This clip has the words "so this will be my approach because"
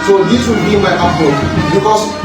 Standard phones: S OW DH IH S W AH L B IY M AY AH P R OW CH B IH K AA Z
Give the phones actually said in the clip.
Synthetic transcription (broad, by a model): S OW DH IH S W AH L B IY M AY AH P OW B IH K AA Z